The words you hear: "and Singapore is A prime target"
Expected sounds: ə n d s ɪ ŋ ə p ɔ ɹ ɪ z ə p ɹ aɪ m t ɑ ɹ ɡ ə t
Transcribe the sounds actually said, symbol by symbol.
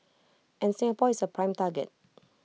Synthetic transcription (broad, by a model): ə n s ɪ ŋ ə p ɔ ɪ s ə p ɹ aɪ m t ɑ ɡ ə t